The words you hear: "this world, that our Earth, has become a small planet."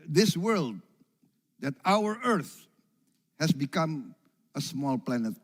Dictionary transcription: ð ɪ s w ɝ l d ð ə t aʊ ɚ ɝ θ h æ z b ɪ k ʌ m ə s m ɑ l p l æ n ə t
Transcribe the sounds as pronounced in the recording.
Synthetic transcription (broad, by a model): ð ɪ s w ɝ l d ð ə t aʊ ɚ ɝ θ h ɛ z b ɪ k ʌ m ə s m ɑ l p l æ n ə t